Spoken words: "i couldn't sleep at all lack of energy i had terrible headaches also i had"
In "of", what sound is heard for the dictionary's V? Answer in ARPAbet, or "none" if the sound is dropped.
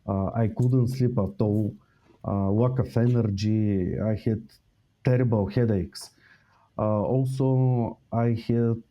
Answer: F